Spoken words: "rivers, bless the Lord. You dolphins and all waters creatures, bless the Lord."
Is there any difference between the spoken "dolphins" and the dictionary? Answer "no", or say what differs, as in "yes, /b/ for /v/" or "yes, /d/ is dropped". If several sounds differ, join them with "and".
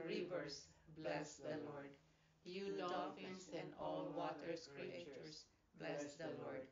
yes, /l/ is dropped